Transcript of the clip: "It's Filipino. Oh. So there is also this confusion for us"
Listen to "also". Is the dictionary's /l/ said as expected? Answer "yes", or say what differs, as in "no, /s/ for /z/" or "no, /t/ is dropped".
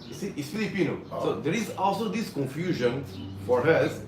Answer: yes